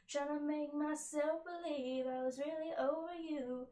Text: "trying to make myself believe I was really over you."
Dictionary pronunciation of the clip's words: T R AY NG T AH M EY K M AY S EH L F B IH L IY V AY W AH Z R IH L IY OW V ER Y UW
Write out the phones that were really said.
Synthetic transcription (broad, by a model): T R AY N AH M EY K M AY S EH L F B IH L IY V AY W AH Z R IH L IY OW V ER Y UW